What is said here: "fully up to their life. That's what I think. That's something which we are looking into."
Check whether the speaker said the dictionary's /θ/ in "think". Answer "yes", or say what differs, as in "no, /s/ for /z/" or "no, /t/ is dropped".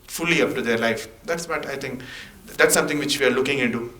no, /t/ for /θ/